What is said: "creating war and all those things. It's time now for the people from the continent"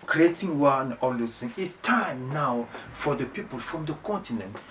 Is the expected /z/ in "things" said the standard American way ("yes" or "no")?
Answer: no